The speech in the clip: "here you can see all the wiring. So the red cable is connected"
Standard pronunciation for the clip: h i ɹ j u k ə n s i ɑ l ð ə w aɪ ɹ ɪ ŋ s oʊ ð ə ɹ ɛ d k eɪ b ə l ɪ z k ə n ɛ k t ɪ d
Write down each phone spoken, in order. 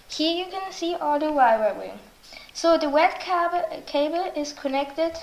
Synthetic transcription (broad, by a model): h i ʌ j u k ə n s i ɑ l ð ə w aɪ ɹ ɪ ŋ s oʊ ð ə w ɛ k k eɪ b ə l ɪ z k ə n ɛ k t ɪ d